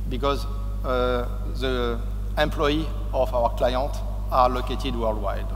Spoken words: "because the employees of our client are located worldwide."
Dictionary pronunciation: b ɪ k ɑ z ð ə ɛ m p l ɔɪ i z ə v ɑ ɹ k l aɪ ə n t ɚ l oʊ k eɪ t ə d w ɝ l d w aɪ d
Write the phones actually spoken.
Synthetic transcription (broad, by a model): b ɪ k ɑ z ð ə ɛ m p l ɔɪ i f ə w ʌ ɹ k l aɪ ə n t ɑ l oʊ k eɪ t ə d w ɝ l d w aɪ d